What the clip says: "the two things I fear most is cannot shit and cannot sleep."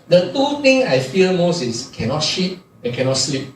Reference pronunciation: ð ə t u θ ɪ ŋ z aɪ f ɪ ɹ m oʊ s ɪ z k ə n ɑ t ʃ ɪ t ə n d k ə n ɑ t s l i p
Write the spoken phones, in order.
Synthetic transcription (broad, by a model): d ə t u t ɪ ŋ aɪ f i l m oʊ s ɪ s k ə n ɑ t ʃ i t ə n k ə n ɑ t s l i p